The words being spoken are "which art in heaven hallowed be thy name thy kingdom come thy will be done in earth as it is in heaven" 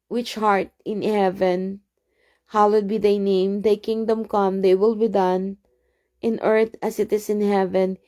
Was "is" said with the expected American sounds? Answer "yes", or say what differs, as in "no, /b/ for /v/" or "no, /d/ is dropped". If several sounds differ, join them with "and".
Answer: no, /s/ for /z/